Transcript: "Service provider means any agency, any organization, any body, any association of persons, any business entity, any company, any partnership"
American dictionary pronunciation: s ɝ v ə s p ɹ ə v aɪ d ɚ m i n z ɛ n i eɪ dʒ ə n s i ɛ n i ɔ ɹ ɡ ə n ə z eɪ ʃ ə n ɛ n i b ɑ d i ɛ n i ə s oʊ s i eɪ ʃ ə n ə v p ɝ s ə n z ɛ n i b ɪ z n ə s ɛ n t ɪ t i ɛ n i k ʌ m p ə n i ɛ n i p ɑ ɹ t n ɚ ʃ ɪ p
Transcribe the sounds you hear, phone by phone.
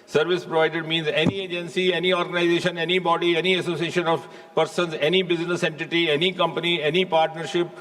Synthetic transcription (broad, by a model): s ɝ v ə s p ɹ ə v aɪ d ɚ m i n z ɛ n i eɪ dʒ ə n s i ɛ n i ɔ ɹ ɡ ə n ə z eɪ ʃ ə n ɛ n i b ɑ d i ɛ n i ə s oʊ s i eɪ ʃ ə n ə v p ɝ s ə n z ɛ n i b ɪ z n ə s ɛ n t ɪ t i ɛ n i k ʌ m p ə n i ɛ n i p ɑ ɹ t n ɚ ʃ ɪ p